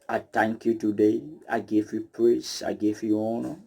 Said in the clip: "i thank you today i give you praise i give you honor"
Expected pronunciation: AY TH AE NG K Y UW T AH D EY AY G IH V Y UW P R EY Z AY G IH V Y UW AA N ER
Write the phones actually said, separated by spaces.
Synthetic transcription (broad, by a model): AY T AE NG K Y UW T AH D EY AY G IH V Y UW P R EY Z AY G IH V Y UW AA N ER